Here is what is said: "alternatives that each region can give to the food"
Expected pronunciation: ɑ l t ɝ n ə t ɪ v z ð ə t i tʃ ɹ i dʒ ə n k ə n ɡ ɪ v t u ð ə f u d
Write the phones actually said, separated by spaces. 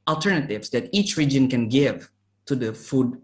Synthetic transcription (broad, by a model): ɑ l t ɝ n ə t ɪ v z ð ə t i tʃ ɹ i dʒ ə n k ə n ɡ ɪ v t u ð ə f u d